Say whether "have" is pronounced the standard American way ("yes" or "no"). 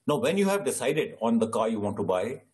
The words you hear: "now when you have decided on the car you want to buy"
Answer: yes